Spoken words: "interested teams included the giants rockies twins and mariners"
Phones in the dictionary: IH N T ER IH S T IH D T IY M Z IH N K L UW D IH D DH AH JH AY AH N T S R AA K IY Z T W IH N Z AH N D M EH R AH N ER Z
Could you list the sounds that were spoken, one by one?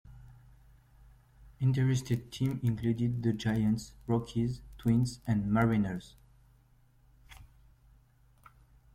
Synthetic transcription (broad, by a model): IH N T ER IH S T IH D T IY M IH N K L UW D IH D DH AH JH AY AH N T S R AA K IY Z T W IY N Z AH N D M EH R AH N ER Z